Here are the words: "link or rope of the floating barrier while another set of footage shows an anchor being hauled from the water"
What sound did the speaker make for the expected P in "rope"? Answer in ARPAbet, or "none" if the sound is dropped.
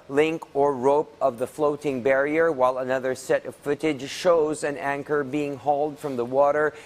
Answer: P